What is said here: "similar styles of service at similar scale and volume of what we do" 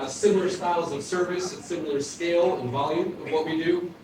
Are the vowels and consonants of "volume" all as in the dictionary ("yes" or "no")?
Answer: yes